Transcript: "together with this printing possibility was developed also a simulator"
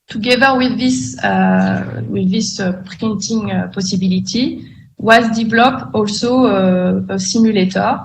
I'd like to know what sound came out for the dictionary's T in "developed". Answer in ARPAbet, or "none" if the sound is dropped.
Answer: none